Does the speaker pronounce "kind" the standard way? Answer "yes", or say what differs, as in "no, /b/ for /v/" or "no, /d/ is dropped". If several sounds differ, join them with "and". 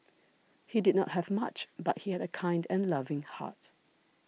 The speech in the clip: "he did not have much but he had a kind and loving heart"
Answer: yes